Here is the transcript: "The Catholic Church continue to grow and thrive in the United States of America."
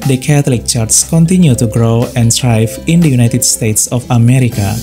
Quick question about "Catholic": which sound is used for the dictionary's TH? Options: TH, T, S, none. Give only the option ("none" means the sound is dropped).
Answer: T